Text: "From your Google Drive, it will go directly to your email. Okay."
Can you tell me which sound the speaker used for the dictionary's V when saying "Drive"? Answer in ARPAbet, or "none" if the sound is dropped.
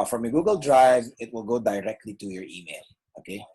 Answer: V